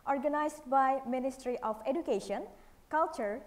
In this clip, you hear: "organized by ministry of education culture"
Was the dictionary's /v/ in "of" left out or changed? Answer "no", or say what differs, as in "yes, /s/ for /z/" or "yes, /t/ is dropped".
yes, /p/ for /v/